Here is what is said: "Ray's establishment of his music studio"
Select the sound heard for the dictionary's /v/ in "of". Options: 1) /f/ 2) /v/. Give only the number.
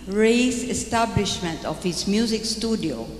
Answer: 1